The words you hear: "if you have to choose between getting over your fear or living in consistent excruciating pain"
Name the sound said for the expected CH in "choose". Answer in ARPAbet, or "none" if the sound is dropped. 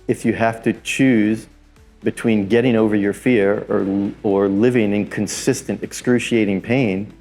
CH